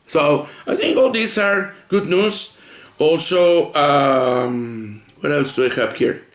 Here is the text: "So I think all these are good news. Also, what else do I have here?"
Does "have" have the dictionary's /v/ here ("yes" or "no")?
no